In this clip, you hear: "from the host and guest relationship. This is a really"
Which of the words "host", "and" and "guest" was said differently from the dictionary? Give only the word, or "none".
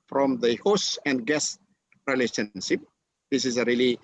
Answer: host